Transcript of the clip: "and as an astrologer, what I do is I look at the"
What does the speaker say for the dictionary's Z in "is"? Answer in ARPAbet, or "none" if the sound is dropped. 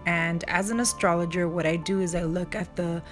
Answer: Z